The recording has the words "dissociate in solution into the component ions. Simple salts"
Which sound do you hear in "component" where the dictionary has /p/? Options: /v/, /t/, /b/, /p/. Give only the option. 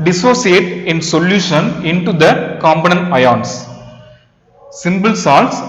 /b/